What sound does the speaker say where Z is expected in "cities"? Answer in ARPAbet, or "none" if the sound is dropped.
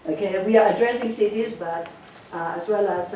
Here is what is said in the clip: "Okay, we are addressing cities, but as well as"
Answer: S